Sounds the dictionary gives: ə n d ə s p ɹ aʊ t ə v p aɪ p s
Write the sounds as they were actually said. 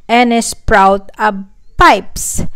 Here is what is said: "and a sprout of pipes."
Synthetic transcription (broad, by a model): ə n ə s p ɹ aʊ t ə b p aɪ p s